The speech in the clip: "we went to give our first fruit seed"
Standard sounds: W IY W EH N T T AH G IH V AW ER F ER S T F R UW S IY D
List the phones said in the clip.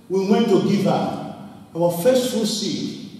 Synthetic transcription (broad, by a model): W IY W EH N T T AH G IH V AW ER F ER S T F UW S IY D